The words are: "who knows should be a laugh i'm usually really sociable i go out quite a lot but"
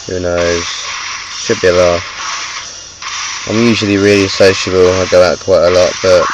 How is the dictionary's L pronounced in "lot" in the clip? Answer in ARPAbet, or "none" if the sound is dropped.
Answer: L